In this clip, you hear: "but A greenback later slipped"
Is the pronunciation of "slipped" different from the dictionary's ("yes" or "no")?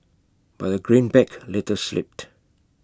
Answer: no